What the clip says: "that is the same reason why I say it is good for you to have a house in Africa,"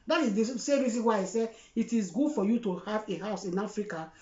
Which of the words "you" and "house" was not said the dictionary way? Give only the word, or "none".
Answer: none